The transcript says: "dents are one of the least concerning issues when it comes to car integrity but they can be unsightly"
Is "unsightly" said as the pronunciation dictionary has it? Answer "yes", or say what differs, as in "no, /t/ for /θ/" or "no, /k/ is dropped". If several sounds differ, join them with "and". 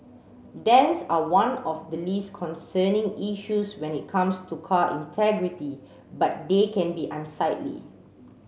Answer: yes